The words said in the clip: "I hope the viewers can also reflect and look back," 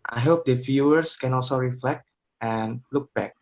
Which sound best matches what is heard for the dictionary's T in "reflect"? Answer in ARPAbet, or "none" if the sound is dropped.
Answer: T